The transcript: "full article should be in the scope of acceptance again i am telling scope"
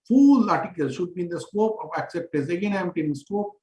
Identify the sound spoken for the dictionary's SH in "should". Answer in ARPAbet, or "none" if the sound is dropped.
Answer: SH